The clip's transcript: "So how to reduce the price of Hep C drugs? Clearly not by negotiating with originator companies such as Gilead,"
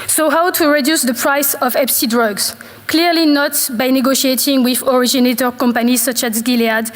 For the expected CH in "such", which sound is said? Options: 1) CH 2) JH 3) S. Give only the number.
1